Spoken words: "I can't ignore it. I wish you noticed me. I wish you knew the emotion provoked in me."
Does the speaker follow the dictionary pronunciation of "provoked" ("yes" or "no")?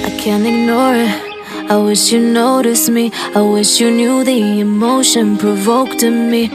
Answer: yes